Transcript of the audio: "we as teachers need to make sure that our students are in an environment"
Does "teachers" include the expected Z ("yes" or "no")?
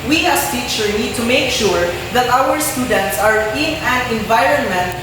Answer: no